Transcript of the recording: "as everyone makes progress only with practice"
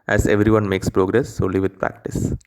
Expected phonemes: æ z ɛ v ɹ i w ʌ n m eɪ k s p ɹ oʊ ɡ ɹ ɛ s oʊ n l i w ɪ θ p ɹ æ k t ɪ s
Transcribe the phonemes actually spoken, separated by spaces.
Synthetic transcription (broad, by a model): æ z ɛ v ɹ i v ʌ n m eɪ k s p ɹ oʊ ɡ ɹ ɛ s oʊ l i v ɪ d p ɹ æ k t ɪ s